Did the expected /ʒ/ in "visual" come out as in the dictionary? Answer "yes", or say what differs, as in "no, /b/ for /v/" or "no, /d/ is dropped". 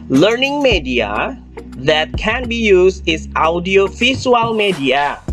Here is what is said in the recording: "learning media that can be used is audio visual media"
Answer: no, /s/ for /ʒ/